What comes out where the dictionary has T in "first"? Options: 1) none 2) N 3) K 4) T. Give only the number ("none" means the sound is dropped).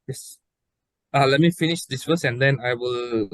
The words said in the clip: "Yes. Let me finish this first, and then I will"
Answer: 1